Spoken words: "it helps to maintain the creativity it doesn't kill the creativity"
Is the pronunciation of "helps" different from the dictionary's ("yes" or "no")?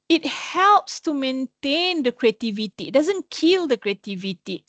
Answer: no